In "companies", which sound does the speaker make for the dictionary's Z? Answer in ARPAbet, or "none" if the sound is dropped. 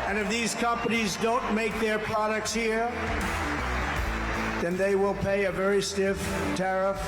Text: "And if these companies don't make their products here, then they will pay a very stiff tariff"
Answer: Z